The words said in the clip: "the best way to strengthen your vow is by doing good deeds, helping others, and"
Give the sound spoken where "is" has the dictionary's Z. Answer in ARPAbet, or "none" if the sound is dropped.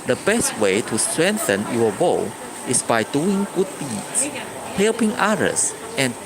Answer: S